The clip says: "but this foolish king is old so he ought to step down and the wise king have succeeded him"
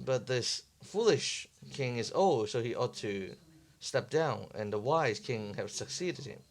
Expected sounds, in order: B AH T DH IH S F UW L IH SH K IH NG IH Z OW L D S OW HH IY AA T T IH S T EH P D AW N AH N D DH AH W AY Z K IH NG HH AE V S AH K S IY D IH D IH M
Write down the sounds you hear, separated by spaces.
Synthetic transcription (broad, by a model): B AH T DH IH S F UW L IH SH K IH NG IH Z OW L D S OW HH IY AA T T IH S T EH P D AW N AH N DH AH W AY Z K IH NG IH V S AH K S IY D IH D IH M